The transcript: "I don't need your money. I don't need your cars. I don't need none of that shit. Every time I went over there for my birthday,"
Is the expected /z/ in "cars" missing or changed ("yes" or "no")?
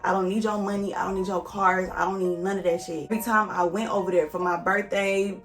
no